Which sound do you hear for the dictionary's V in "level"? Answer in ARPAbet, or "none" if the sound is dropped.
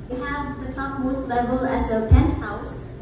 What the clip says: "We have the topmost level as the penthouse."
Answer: B